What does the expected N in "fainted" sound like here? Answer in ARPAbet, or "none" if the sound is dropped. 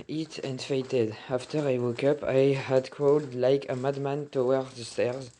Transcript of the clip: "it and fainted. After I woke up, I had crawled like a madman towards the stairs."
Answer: none